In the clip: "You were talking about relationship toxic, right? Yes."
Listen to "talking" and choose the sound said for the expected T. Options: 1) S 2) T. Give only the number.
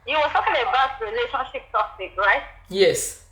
1